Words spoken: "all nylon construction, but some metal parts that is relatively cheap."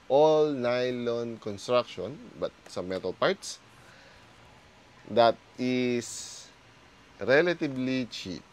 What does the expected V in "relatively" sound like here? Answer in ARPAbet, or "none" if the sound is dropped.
B